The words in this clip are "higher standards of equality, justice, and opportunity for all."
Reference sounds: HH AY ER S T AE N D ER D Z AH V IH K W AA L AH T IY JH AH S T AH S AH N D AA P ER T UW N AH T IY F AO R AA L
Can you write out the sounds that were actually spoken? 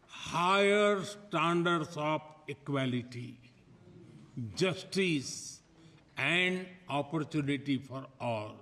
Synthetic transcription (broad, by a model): HH AY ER S T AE N D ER D S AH P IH K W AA L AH T IY JH AH S T AH S AH N D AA P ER T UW N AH T IY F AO R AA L